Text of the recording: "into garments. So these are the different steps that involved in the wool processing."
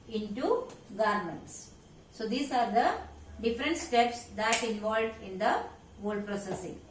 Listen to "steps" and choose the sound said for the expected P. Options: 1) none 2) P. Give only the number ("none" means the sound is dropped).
2